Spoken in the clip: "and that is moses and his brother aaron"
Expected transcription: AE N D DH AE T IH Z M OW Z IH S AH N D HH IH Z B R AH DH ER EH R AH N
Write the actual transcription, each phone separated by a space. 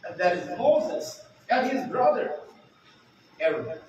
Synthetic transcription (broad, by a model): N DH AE T IH Z M OW Z IH S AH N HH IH Z B R AH DH ER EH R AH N